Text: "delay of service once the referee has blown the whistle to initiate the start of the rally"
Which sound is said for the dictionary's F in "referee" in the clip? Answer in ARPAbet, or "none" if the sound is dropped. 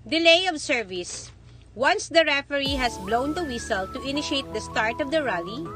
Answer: F